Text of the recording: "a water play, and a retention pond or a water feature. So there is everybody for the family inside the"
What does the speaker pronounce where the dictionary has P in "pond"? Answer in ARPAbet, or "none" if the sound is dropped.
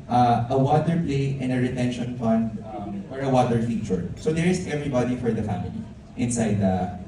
F